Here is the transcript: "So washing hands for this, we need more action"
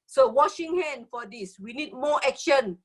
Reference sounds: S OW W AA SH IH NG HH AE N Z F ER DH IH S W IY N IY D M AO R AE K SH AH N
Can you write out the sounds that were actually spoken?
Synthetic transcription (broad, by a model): S OW W AA SH IH NG HH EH N F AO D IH S W IY N IY D M AO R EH K SH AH N